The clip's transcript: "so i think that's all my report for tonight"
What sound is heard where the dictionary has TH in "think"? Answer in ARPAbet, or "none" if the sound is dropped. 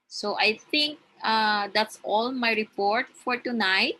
T